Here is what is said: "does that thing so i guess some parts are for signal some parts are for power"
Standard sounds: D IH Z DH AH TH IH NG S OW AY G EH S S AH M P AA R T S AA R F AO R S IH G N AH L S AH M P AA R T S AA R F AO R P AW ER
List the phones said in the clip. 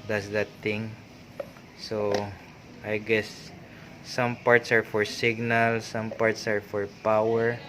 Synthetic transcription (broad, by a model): D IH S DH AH T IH NG S OW AY G EH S S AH M P AA R T S AA R F AO R S IH G N AH L S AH M P AA R T S AA R F AO R P AW ER